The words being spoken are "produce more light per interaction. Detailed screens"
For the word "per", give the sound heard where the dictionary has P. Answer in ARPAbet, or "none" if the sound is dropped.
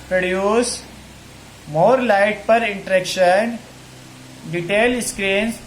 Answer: P